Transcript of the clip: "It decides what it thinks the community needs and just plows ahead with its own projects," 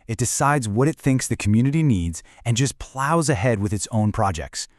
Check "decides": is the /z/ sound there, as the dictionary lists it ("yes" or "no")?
yes